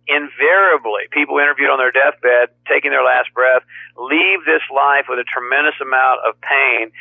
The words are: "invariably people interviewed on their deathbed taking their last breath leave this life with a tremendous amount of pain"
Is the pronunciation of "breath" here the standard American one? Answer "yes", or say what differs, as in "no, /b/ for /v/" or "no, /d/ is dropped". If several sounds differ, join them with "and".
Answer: yes